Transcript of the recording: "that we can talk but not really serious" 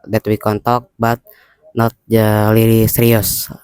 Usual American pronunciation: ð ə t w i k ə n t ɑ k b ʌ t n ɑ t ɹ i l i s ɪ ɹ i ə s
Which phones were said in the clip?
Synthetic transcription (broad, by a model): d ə t w i k ə n t ɑ k b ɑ t n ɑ t l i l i s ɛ ɹ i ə s